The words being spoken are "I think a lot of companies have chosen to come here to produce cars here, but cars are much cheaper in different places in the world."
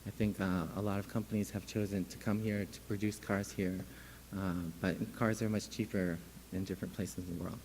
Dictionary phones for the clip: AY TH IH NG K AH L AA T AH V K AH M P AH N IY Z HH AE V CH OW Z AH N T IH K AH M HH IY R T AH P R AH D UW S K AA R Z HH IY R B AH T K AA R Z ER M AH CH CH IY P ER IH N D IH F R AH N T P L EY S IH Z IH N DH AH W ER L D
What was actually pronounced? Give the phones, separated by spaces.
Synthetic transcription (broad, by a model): AY TH IH NG K AH L AA T AH V K AH M P AH N IY Z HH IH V CH OW Z AH N T IH K AH M HH IY R T AH P R AH D UW S K AA R Z HH IY R B AH T K AA R Z ER M AH CH CH IY P ER IH N D IH F R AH N P L EY S IH Z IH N DH AH W ER L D